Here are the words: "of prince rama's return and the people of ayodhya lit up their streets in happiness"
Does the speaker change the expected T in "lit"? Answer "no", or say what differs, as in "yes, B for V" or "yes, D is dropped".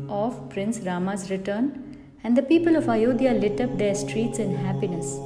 no